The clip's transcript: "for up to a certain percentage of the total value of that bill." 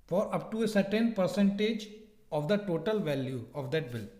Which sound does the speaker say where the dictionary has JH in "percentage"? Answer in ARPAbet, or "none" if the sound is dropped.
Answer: JH